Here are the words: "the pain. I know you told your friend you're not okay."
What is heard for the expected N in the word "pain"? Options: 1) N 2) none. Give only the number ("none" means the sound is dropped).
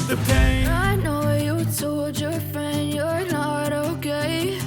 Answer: 2